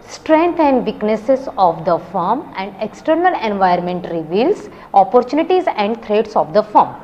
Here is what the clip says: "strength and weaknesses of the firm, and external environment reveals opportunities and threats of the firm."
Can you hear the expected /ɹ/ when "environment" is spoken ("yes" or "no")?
no